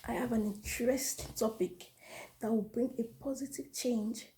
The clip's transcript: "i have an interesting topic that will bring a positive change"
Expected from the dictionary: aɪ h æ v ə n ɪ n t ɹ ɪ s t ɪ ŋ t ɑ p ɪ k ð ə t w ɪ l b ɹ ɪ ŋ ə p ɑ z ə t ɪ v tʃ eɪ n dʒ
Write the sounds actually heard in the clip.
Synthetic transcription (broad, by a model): aɪ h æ v ə n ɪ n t ɹ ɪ s t t ɑ p ɪ k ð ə t w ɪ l b ɹ ɪ ŋ ə p ɑ z ə t ɪ v tʃ eɪ n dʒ